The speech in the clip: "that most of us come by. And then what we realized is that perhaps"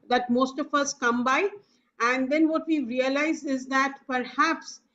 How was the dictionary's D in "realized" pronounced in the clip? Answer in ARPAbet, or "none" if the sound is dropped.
none